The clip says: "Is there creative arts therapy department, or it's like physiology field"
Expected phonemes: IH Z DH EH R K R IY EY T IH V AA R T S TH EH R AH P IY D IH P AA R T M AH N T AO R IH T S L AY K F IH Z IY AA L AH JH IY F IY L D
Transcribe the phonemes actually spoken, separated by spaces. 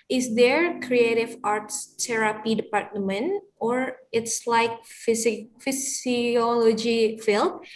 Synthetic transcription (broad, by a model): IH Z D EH R K R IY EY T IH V AA R T S T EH R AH P IY D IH P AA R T M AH N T AO R IH T S L AY K F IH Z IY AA L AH JH IY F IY L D